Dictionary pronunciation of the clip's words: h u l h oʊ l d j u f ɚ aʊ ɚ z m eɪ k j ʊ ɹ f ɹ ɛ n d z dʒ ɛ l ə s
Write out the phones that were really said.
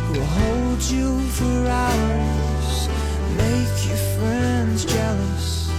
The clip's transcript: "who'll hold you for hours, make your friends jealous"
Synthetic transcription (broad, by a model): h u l h oʊ l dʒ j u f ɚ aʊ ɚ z m eɪ k j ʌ ɹ f ɹ ɛ n d z dʒ ɛ l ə s